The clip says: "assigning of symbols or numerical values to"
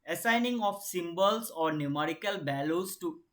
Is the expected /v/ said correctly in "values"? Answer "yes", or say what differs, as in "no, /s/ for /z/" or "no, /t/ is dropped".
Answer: no, /b/ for /v/